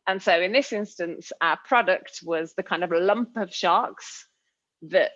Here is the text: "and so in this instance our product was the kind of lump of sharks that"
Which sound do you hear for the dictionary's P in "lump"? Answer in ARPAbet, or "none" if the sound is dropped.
P